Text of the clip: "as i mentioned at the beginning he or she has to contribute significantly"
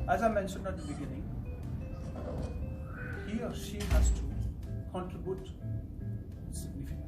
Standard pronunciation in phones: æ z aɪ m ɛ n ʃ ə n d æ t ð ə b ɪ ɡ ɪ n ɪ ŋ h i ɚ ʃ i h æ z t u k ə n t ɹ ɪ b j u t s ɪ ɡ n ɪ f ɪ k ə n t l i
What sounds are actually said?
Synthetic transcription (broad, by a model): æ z aɪ m ɛ n ʃ ə n d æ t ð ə b ɪ ɡ ɪ n ɪ ŋ h i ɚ ʃ i h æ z t u k ə n t ɹ ɪ b j u t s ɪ ɡ n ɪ f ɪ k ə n